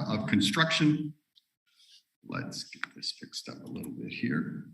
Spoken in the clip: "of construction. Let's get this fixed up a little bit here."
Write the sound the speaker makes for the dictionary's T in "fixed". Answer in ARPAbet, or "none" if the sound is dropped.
T